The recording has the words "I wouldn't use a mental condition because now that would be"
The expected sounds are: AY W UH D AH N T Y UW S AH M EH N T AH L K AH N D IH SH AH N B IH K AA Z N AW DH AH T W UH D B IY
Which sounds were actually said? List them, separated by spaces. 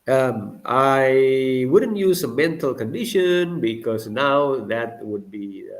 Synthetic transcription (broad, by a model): AY W UH D AH N T Y UW S AH M EH N T AH L K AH N D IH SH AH N B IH K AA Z N AW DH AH T W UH D B IY